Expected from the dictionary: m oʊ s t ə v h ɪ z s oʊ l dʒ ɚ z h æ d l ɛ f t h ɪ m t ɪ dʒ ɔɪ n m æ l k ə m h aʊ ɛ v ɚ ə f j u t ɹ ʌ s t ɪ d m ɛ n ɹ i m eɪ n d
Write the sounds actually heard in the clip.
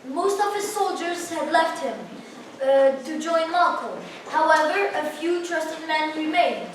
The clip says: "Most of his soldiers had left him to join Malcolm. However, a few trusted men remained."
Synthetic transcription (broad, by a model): m oʊ s t ə v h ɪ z s oʊ l dʒ ɚ z h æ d l ɛ f t h ɪ m t ɪ dʒ ɔɪ n m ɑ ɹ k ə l h aʊ ɛ v ɚ ə f j u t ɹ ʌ s t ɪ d m ɛ n ɹ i m eɪ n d